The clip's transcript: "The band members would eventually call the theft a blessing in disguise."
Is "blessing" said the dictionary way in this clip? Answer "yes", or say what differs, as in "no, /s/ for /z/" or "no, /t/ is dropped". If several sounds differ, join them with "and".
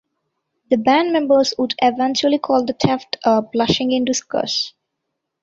no, /ʃ/ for /s/